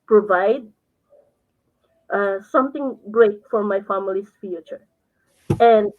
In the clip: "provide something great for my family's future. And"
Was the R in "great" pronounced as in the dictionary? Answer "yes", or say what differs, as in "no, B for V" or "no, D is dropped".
yes